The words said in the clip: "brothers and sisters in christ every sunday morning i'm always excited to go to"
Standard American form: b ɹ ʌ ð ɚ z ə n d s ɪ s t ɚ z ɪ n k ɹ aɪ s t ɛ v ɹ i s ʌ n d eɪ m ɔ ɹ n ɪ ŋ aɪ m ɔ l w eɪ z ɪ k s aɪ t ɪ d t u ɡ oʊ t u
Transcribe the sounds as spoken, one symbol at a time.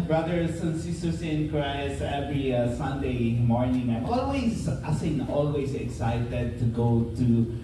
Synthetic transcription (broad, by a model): b ɹ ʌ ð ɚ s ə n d s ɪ s t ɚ s ɪ n k ɹ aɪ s ɛ v ɹ i s ʌ n d eɪ m ɔ ɹ n ɪ ŋ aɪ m ɔ l w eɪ s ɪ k s aɪ t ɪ d t u ɡ oʊ t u